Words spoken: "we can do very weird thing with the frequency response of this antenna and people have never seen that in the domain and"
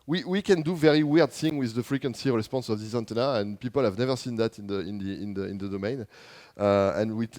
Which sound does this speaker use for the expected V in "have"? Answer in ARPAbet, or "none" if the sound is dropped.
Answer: V